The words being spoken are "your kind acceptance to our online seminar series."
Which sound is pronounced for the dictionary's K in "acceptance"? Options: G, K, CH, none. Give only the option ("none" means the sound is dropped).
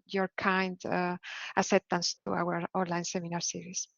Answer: none